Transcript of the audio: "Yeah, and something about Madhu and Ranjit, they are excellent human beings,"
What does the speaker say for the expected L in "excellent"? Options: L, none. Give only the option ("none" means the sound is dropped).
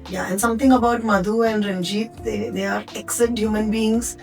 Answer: none